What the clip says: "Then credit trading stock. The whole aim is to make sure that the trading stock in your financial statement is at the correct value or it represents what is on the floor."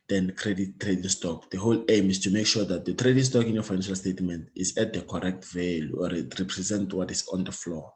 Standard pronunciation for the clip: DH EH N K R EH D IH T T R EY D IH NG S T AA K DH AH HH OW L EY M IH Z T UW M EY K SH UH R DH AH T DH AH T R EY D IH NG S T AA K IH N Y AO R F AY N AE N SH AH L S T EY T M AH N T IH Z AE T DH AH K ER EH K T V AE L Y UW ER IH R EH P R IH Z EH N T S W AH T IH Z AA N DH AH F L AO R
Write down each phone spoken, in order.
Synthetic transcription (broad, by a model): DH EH N K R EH D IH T T R EY D IH NG S T AA K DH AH HH OW L EY M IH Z T UW M EY K SH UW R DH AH T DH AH T R EY D IH NG S T AA K IH N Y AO F AY N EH N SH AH L S T EY T M AH N T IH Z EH T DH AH K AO EH K T V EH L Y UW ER IH R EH P R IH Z EH N T W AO T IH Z AA N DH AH F L AO